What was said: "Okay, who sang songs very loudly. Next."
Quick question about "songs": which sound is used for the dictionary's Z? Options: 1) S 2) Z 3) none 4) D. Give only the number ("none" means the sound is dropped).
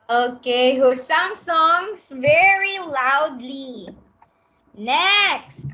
1